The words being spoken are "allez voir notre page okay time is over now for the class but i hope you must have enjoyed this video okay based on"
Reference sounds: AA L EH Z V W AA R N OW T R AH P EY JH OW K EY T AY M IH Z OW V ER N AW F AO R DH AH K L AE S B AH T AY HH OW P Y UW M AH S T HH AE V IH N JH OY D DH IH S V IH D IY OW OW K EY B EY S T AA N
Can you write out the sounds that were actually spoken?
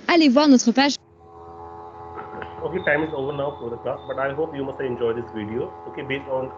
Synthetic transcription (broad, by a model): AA L EH V W AA R N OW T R AH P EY SH OW K EY T AY M IH Z OW V ER N AW F AO R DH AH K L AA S B AH T AY HH OW P Y UW M AH S T IH N JH OY D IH S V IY D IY OW OW K EY B EY S T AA N